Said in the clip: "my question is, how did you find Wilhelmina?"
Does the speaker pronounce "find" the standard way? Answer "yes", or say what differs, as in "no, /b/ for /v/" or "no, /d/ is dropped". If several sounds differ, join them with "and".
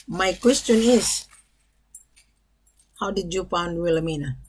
no, /p/ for /f/